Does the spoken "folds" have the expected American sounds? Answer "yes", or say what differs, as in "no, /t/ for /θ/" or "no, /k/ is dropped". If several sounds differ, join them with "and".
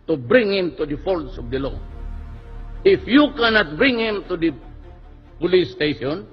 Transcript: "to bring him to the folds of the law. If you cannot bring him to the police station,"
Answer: no, /s/ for /z/